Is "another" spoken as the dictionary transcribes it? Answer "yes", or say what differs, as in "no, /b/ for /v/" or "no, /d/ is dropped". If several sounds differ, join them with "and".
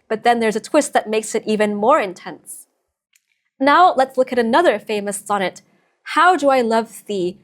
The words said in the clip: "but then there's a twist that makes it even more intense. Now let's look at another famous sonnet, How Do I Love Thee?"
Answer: yes